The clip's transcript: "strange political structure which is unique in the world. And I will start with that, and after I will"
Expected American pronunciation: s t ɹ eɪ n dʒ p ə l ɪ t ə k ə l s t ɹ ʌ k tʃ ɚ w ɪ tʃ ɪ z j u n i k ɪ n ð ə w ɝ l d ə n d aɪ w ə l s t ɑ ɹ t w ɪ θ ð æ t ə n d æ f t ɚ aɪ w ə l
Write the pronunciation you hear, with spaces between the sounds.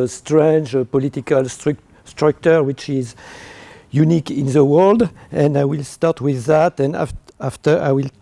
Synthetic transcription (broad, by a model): s t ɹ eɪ n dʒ p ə l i t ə k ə l s t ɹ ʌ k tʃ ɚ w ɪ tʃ ɪ z j u n i k ɪ n ð ə w ɝ l d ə n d aɪ w ə l s t ɑ ɹ t w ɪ ð æ t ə n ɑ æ f t ɚ aɪ w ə l